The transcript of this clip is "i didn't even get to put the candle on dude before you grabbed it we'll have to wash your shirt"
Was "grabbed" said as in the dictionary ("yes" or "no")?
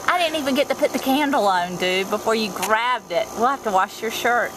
yes